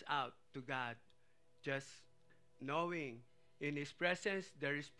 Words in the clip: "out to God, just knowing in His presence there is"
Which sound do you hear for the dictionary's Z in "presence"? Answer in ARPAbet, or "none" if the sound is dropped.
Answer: S